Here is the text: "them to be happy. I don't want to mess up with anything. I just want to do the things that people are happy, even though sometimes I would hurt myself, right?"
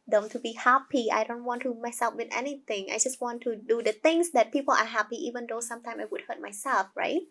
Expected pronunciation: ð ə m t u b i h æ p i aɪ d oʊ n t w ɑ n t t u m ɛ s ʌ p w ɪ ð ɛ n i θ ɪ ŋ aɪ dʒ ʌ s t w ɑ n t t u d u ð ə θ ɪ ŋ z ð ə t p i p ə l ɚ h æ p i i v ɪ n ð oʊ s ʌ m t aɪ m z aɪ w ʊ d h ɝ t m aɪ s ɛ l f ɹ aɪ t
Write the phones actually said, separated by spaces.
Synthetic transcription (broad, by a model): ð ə m t u b i h æ p i aɪ d oʊ n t w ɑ n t t u m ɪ s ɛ f w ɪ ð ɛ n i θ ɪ ŋ aɪ dʒ ʌ s t w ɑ n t t u d u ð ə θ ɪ ŋ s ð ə t p i p ə l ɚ h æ p i i v ɪ n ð oʊ s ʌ m t aɪ m aɪ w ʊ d h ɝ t m aɪ s ɛ l f ɹ aɪ t